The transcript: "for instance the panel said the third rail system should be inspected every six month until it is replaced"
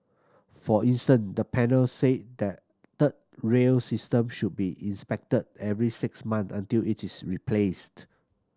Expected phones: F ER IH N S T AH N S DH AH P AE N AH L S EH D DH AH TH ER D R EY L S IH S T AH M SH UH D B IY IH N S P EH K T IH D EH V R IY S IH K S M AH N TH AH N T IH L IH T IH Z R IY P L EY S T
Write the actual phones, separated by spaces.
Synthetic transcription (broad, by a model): F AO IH N S T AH N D AH P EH N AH L S EH D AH T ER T R EY L S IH S T AH M SH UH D B IY IH N S P EH K T IH D EH V R IY S IH K S M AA N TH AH N T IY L IH T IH S R IY P L EY S T